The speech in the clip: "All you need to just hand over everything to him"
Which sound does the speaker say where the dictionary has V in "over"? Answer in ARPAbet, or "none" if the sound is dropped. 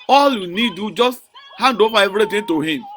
P